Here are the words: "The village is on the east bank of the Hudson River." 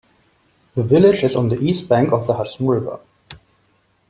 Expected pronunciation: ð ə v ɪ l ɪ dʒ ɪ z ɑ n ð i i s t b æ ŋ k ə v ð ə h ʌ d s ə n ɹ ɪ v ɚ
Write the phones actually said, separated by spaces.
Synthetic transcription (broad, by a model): ð ə v ɪ l ɪ dʒ ɪ z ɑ n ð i i s t b æ ŋ k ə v ð ə h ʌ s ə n ɹ ɪ v ɚ